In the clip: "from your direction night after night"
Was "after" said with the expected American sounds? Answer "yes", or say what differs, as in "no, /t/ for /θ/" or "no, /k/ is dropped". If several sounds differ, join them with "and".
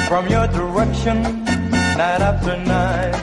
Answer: no, /p/ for /f/